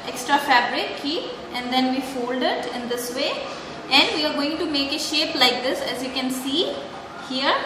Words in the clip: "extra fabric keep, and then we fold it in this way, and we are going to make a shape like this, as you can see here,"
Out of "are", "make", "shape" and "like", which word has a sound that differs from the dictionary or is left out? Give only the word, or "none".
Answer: none